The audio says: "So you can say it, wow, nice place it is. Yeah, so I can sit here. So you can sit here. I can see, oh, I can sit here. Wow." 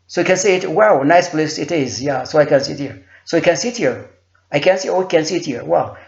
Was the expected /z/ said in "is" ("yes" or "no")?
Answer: yes